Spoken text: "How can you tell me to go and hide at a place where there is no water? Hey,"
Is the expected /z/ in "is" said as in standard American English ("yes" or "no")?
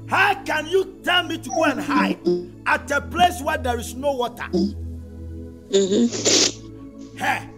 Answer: no